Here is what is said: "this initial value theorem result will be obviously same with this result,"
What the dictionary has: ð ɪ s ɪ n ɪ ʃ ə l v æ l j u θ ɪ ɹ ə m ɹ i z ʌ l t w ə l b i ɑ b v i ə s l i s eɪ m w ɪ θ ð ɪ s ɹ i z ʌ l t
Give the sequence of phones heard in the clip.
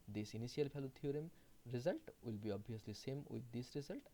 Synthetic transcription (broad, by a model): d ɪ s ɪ n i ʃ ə l p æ l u t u ɹ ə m ɹ i z ʌ l t w ə l b i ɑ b i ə s l i s eɪ m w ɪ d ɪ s ɹ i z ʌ l t